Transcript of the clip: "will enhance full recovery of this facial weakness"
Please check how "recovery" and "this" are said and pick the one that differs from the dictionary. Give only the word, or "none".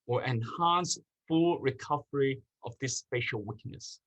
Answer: none